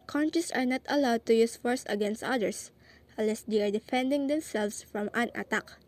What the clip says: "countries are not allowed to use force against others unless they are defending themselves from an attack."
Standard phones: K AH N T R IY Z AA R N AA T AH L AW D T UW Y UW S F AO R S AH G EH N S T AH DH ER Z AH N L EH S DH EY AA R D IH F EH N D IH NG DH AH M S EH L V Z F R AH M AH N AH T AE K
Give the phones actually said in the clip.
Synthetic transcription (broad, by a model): K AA N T R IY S AA R N AA T AH L AW D T UW Y UW S F AO R S AH G EH N S T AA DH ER S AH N L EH S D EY AA R D IH F EH N D IH NG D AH M S EH L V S F R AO M AH N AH T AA K